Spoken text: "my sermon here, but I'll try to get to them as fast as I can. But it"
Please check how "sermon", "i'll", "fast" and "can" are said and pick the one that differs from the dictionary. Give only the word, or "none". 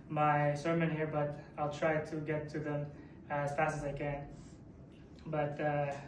none